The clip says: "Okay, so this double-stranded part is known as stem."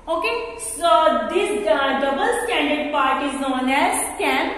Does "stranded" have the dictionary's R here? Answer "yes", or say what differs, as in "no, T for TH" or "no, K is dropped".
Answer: no, R is dropped